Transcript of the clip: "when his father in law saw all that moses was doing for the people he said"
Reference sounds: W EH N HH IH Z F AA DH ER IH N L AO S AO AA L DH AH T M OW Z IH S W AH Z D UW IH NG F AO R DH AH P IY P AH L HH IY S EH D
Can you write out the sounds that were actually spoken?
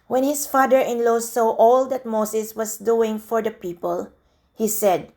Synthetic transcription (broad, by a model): W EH N HH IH S F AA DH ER IH N L AO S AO AA L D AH T M OW S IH S W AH S D UW IH NG F AO R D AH P IY P AH L HH IY S EH D